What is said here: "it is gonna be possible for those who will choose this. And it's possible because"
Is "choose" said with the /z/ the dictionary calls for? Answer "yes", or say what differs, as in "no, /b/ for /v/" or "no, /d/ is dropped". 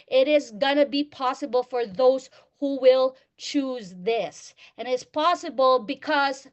yes